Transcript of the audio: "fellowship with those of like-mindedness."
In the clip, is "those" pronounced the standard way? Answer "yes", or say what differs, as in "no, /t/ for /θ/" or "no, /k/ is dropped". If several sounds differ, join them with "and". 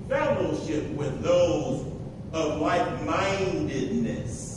yes